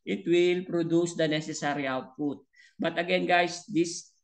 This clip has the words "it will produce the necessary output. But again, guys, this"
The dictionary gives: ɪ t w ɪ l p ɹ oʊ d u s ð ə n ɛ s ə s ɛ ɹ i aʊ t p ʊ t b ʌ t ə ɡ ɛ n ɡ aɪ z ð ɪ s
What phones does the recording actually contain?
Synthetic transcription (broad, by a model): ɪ t w ɪ l p ɹ oʊ d u s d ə n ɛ s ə s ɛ ɹ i aʊ t p ʊ t b ʌ t ə ɡ ɛ n ɡ aɪ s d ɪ s